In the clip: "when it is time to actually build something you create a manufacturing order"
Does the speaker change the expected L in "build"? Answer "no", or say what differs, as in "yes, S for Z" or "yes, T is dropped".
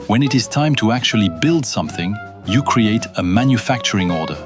no